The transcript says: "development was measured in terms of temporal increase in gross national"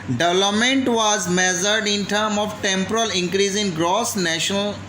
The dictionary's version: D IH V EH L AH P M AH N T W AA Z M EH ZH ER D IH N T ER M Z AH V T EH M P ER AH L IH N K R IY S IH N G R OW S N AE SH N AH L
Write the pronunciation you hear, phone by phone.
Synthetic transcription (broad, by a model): D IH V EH L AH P M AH N T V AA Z M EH Z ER D IH N T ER M AH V T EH M P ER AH L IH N K R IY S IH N G R OW S N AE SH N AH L